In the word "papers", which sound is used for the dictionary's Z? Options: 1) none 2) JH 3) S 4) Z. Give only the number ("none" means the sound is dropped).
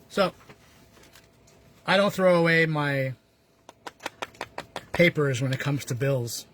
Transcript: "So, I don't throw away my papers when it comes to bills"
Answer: 4